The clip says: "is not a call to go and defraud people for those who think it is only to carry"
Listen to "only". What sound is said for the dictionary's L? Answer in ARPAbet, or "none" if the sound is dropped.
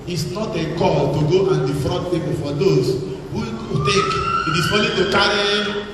none